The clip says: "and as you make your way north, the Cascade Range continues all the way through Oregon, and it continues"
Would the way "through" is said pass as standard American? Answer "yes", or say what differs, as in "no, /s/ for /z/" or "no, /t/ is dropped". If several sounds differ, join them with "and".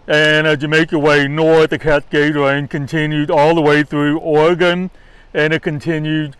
yes